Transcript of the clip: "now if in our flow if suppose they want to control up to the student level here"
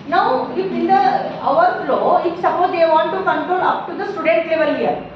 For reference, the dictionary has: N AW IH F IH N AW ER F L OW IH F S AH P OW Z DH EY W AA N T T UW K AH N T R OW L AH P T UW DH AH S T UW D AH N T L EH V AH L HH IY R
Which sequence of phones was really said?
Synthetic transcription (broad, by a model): N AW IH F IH N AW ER F L OW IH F S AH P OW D EY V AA N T T UW K AH N T R OW L AH P T UW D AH S T UW D AH N T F EH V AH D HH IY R